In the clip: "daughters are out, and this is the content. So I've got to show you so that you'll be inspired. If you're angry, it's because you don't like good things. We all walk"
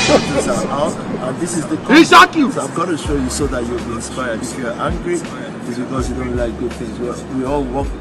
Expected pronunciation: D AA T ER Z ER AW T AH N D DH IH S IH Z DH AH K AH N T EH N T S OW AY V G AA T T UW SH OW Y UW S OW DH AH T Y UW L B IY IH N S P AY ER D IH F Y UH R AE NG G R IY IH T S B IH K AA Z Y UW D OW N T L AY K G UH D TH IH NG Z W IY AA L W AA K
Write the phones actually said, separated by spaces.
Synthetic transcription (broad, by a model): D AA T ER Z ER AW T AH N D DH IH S IH Z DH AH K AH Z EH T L S OW AY V G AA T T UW SH OW Y UW S OW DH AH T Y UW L B IY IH N S P AY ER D IH F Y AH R AE NG G R IY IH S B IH K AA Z Y UW D OW N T L AY K G UH D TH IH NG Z W IY AA L W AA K